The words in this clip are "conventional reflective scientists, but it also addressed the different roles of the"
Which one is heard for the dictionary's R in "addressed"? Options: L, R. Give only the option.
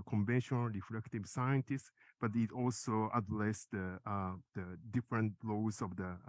L